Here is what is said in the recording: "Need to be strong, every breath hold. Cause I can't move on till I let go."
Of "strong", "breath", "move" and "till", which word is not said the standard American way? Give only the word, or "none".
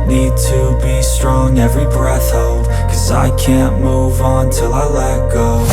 none